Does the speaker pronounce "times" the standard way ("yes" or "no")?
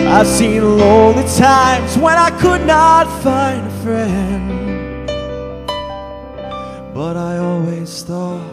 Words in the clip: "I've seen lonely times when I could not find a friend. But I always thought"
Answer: yes